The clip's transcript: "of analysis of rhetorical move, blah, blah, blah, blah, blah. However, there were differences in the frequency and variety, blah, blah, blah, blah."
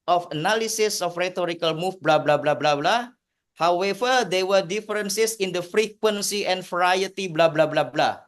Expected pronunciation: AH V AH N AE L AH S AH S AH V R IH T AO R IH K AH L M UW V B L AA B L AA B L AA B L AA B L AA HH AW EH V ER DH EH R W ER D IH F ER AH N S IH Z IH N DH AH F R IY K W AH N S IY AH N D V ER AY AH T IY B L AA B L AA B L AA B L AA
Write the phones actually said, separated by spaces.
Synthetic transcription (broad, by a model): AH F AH N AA L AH S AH S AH F R IH T AO R IH K AH L M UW F B L AA B L AA B L AA B L AA B L AA HH AW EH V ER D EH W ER D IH F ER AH N S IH S IH N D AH F R IY K W AH N S IY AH N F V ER AY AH T IY B L AA B L AA B L AA B L AA